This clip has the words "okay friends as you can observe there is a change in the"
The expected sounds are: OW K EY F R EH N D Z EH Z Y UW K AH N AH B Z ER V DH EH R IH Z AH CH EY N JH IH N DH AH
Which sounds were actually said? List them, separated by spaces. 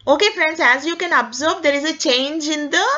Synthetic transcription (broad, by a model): OW K EY F R EH N D Z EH Z Y UW K AH N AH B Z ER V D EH R IH Z AH CH EY N JH IH N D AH